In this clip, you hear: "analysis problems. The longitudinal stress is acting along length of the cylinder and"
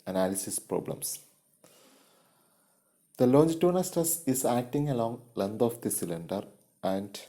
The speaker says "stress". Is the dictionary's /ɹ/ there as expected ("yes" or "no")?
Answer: no